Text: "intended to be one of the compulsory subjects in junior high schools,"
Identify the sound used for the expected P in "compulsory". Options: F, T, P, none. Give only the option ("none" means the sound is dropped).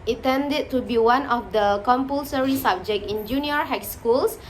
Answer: P